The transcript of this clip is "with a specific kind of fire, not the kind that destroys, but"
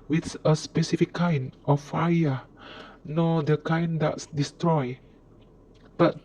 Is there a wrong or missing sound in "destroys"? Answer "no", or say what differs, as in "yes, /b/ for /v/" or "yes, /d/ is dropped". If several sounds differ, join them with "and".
yes, /z/ is dropped